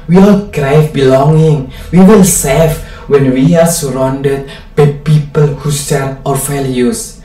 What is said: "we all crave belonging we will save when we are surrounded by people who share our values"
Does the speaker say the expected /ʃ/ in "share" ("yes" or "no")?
no